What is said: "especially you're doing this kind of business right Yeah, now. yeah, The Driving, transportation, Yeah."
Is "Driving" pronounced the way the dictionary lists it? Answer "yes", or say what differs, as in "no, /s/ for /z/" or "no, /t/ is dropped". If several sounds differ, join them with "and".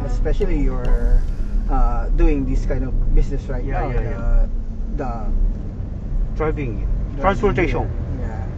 no, /b/ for /v/